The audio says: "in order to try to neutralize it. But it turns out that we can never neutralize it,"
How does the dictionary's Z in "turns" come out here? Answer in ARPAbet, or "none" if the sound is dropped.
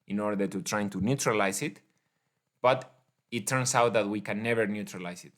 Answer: S